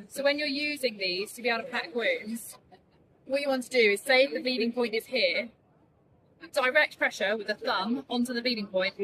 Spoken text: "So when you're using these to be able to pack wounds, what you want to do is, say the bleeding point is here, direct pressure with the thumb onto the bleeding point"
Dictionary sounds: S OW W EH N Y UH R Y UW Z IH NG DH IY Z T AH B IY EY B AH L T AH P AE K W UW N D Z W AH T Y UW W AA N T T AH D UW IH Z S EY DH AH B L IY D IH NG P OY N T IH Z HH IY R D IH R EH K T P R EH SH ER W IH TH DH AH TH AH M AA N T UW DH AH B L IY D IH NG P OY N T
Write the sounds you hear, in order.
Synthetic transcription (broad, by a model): S OW W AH N Y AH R Y UW Z IH NG DH IY Z T AH B IY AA AH T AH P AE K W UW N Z W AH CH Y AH W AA N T T AH D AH IH Z S EY DH AH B IY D IH NG P OY N T IH Z HH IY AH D IH R EH K T P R EH SH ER W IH DH AH TH AH M AA N T UW DH AH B IY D IH NG P OY N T